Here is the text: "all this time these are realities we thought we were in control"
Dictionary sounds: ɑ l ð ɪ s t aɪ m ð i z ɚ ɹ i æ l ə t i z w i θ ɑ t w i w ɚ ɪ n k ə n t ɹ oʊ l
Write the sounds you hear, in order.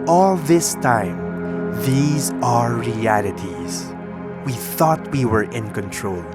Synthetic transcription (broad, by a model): ɑ l ð ɪ s t aɪ m ð i z ɚ ɹ i æ l ə t i z w i θ ɑ t w i w ɚ ɪ n k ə n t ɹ oʊ l